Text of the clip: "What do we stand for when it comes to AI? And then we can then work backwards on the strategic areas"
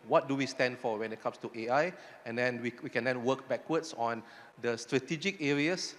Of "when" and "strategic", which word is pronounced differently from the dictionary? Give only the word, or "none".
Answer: none